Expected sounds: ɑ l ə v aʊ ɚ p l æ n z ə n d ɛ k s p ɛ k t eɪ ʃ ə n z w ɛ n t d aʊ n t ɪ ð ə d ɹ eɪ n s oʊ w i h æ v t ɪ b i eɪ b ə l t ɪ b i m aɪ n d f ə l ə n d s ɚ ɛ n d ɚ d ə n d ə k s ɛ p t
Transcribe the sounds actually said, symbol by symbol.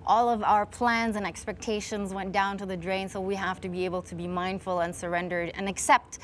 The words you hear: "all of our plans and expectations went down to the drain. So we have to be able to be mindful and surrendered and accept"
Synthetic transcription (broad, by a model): ɑ l ə v aʊ ɚ p l æ n z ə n ɛ k s p ɛ k t eɪ ʃ ə n z w ɛ n d aʊ n t ɪ ð ə d ɹ eɪ n s oʊ w i h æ f t ɪ b i eɪ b l t ɪ b i m aɪ n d f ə l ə n s ɚ ɛ n d ɚ d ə n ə k s ɛ p t